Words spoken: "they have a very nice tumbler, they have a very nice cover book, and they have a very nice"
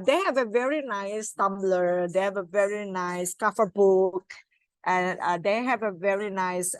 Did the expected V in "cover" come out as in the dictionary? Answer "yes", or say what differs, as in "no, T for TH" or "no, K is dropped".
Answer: no, F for V